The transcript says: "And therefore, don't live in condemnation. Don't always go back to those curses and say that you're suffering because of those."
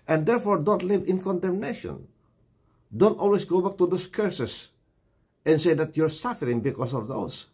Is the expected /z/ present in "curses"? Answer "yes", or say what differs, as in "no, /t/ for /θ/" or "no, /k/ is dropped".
no, /s/ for /z/